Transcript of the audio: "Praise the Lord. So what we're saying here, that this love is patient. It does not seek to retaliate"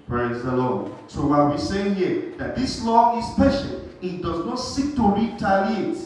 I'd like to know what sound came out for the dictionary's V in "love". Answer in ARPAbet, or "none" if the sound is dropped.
none